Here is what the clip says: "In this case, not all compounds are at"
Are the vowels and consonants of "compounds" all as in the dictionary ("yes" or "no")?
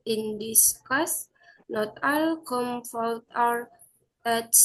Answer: no